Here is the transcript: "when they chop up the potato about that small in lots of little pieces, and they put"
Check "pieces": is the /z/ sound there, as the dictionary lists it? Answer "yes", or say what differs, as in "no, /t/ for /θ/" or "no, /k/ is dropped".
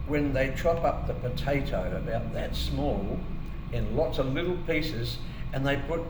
yes